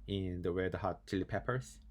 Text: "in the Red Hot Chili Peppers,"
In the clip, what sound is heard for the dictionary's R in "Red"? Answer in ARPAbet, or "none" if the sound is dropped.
W